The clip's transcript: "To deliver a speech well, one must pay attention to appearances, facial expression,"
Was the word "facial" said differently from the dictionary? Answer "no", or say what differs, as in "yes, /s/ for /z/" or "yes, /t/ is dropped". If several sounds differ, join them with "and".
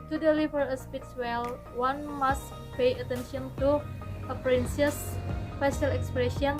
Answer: yes, /s/ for /ʃ/